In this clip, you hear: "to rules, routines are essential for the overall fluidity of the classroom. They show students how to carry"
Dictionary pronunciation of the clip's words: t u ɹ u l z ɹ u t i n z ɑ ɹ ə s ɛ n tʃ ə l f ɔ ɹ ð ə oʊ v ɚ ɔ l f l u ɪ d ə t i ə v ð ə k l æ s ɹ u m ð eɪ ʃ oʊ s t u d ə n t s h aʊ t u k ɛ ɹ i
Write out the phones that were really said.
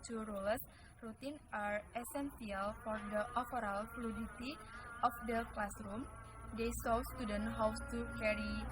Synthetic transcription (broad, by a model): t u ɹ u l s ɹ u t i n ɑ ɹ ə s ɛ n s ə l f ɔ ɹ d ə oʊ f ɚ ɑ l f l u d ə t i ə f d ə k l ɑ s ɹ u m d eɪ s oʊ s t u d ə n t h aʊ t u k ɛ ɹ i